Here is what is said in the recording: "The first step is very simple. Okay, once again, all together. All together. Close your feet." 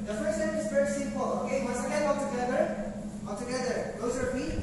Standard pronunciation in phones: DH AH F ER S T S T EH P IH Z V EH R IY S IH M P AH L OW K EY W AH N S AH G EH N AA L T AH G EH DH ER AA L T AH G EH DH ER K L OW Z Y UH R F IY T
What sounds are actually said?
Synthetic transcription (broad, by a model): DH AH F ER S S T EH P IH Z F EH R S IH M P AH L OW K EY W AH S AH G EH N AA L T AH G EH DH ER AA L T AH G EH DH ER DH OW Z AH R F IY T